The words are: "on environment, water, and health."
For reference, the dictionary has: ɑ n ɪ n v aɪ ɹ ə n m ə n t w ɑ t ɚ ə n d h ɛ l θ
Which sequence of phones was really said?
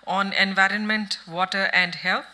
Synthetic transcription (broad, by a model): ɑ n ɪ n v aɪ ɹ ə n m ə n t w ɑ t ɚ ə n d h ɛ l